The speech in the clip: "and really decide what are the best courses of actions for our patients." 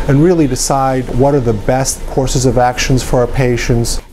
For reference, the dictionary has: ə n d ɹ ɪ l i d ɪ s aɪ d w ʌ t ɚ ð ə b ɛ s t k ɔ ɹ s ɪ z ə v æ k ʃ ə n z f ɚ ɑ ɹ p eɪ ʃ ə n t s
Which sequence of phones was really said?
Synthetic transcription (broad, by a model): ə n ɹ ɪ l i d ɪ s aɪ d w ʌ t ɚ ð ə b ɛ s t k ɔ ɹ s ɪ z ə v æ k ʃ ə n z f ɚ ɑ ɹ p eɪ ʃ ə n t s